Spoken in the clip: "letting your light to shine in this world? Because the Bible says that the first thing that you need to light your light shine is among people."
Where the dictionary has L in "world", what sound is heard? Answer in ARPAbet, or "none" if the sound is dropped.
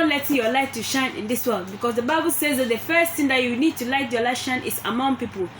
L